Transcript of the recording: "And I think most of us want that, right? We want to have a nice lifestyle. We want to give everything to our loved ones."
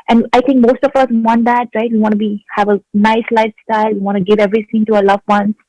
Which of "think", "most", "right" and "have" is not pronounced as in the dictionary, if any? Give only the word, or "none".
think